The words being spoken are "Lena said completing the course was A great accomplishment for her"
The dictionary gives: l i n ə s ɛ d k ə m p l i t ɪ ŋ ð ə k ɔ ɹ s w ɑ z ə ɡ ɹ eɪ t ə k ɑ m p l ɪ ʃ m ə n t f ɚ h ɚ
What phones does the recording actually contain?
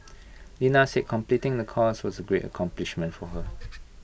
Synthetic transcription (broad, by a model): l i n ə s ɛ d k ə m p l i t ɪ ŋ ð ə k ɔ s w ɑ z ə ɡ ɹ eɪ t ə k ɑ m p l ɪ ʃ m ə n t f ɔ h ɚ